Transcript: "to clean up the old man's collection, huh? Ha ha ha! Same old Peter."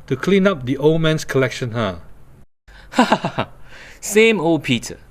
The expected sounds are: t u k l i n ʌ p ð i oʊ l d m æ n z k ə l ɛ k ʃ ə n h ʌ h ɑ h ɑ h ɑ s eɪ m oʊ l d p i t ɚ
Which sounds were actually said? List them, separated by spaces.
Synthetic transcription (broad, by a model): t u k l i n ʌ p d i oʊ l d m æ n s k ə l ɛ k ʃ ə n h ʌ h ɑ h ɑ h ɑ s eɪ m oʊ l p i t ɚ